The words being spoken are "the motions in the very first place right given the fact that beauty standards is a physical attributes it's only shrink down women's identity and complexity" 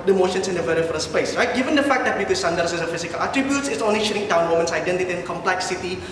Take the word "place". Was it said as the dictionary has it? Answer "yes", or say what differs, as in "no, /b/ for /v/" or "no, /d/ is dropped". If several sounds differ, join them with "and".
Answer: no, /l/ is dropped